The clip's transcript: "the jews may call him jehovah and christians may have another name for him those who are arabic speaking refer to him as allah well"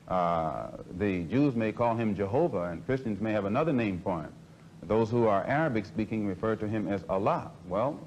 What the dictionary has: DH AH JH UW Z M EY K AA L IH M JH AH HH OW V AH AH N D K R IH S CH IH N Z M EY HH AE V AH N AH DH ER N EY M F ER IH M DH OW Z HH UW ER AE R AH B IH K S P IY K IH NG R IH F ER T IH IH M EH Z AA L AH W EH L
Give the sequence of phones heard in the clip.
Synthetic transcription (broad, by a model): DH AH JH UW Z M EY K AA L IH M JH AH HH OW V AH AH N K R IH S CH IH N Z M EY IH V AH N AH DH ER N EY M P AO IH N DH OW Z HH UW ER AE R AH B IH K S P IY K IH NG R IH F ER T IH IH M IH Z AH L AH W EH L